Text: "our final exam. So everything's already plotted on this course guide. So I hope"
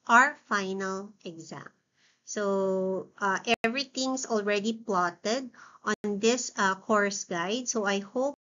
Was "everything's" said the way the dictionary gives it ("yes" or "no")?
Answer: no